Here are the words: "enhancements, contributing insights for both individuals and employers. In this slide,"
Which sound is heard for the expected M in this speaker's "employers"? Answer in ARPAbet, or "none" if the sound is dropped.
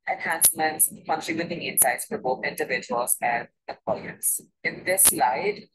none